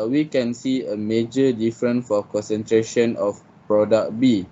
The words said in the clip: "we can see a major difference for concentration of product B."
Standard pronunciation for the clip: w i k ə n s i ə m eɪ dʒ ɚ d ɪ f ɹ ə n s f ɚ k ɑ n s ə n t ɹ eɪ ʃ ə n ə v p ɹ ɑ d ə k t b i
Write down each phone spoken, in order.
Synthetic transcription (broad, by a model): w i k ə n s i ə m eɪ dʒ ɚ d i f ɹ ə n f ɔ k ɑ n s ə n t ɹ eɪ ʃ ə n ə f p ɹ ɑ d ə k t b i